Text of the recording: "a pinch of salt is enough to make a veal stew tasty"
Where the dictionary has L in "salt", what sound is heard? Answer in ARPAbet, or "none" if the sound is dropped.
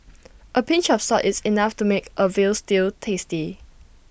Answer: none